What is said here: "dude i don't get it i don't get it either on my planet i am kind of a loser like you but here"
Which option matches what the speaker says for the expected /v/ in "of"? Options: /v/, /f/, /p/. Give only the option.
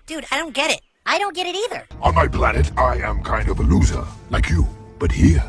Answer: /v/